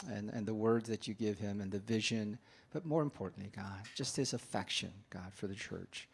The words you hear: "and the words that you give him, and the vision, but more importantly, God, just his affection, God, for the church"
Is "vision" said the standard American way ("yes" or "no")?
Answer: yes